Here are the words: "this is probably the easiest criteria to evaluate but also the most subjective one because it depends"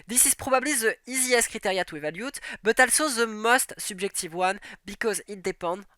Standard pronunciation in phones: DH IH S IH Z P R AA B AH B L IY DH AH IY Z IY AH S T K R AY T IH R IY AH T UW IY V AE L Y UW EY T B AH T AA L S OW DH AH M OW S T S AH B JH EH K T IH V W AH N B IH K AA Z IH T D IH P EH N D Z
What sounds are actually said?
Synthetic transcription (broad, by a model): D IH S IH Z P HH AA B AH B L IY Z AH IY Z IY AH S K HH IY T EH R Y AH T UW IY V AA L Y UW T B AH T AA L S OW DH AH M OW S T S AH B ZH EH K T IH V W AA N B IH K AA Z IH T D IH P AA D